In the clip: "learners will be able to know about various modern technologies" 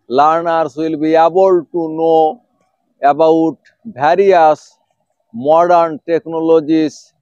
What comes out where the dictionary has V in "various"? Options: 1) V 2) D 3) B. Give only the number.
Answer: 3